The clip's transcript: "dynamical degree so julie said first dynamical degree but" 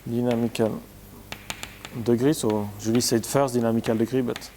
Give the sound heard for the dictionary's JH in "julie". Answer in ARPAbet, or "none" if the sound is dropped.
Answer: ZH